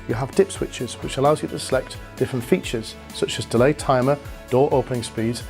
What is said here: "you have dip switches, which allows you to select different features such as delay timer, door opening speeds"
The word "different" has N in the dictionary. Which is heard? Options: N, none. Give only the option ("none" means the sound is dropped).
N